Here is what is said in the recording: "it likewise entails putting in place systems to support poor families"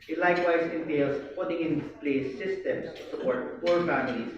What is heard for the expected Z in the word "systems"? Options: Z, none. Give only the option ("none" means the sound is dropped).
none